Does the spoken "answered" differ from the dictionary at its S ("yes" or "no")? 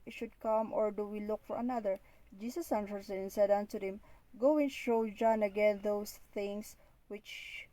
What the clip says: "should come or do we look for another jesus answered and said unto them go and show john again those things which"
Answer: yes